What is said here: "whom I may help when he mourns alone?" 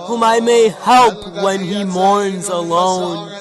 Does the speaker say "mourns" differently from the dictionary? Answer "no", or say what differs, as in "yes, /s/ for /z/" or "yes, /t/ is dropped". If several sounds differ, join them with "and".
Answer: no